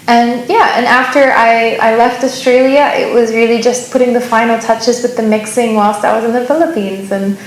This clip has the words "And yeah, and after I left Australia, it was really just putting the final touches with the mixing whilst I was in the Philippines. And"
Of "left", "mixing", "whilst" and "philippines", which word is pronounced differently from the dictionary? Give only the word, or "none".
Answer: none